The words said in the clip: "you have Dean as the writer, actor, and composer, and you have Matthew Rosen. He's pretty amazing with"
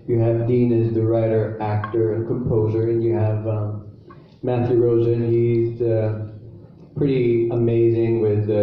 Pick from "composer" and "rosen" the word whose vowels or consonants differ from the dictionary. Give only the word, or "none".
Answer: none